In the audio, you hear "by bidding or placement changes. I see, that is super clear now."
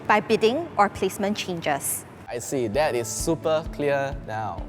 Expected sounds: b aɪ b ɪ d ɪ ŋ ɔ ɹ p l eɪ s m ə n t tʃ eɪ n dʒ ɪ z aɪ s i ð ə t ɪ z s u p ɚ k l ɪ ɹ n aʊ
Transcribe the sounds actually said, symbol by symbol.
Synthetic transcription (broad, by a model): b aɪ b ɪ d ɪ ŋ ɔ ɹ p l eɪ s m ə n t tʃ eɪ n dʒ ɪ s aɪ s i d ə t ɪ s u p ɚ k l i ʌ n aʊ